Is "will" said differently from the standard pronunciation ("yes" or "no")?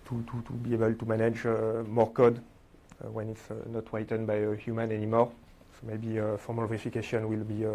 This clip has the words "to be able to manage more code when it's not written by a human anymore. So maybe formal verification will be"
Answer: no